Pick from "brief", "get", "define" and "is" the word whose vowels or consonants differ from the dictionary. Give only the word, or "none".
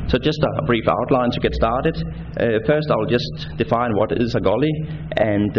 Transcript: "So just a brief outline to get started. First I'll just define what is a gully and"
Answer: is